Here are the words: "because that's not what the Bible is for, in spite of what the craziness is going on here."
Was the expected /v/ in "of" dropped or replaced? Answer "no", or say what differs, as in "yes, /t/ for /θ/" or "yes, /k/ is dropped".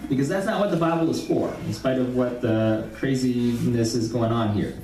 no